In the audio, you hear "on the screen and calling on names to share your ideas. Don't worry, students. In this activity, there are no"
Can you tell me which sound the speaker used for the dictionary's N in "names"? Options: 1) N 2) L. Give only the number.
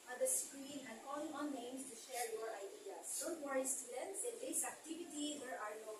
2